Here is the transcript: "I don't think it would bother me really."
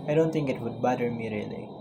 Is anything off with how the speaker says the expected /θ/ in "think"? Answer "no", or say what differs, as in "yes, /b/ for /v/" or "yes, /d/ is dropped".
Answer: yes, /t/ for /θ/